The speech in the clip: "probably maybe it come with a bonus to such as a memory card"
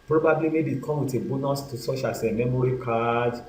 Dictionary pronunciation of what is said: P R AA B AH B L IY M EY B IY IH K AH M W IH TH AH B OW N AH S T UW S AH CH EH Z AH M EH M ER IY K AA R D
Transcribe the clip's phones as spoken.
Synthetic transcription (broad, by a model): P R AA B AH B L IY M EY B IY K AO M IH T AH B OW N AH S T UW S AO SH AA S AH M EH M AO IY K AA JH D